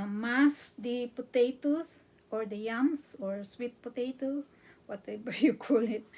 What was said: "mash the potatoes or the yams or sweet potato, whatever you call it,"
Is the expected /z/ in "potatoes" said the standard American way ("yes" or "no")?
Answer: no